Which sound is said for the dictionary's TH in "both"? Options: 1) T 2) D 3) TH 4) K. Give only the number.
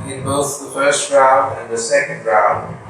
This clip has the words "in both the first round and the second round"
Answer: 3